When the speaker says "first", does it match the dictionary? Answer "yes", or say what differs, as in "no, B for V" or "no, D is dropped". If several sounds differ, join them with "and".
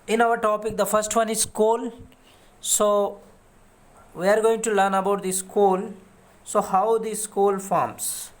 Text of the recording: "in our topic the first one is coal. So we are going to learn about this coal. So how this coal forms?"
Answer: yes